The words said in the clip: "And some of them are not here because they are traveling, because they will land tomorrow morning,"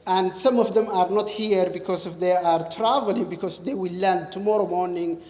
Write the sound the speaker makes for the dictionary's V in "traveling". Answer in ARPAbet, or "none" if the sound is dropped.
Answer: V